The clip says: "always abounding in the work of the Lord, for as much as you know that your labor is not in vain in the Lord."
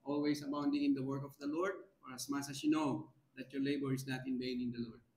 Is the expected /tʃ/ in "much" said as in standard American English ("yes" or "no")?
no